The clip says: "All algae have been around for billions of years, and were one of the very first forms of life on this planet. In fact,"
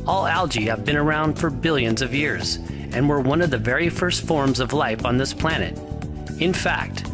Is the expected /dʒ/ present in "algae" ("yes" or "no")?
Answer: yes